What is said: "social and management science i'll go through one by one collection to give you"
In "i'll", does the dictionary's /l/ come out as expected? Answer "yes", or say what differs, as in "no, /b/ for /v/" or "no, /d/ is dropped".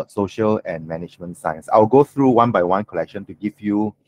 no, /w/ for /l/